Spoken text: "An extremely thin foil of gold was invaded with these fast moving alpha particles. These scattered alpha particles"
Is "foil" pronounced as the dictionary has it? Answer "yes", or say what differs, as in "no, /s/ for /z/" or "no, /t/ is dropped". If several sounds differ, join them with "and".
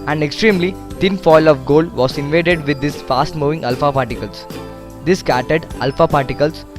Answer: yes